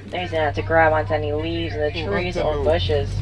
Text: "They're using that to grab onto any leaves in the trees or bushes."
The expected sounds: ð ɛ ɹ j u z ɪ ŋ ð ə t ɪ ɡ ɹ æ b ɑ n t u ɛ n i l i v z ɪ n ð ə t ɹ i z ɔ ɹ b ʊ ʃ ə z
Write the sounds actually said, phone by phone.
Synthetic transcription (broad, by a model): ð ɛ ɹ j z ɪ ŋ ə t ɪ ɡ ɹ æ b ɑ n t ɛ n i l i v z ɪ n ð ə t ɹ i z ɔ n b ʊ ʃ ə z